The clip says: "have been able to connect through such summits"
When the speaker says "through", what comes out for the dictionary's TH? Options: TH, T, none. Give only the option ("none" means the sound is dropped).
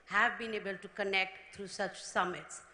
T